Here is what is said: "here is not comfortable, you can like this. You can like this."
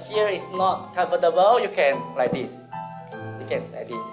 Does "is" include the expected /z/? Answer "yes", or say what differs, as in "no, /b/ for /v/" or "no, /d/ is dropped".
no, /s/ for /z/